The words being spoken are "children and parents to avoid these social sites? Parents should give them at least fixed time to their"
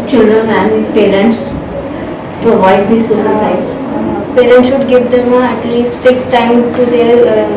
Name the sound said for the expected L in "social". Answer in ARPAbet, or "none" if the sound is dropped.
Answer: N